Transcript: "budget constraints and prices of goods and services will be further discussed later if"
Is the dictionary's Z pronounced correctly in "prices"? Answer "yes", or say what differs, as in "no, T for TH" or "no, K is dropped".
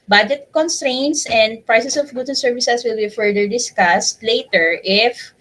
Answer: no, S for Z